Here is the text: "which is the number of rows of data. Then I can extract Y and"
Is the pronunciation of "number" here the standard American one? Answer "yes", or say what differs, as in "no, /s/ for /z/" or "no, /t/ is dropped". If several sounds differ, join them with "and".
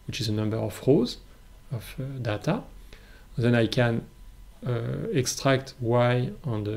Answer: yes